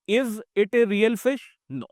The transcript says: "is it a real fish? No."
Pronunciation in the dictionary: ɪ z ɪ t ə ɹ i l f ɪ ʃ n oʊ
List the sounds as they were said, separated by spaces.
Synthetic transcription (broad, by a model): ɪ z ɪ t ə ɹ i l f ɪ ʃ n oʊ